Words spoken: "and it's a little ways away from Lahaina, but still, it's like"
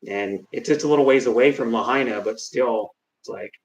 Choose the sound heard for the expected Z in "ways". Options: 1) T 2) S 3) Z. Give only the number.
3